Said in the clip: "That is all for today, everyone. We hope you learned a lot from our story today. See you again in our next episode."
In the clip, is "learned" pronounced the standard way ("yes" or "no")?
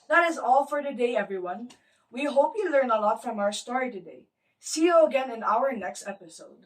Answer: no